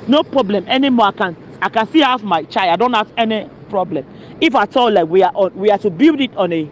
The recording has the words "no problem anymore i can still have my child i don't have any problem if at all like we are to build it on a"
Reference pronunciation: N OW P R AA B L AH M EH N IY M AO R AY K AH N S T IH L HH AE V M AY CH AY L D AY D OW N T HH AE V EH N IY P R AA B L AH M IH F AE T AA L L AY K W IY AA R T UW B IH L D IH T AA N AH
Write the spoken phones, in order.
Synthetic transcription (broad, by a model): N OW P R AA B L AH M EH N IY M AO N AY K AH N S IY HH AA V M AY CH AY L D AY D OW N T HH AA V EH N IY P R AA B L AH M IH F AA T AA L L AY K W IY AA W T UW B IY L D IH T AA N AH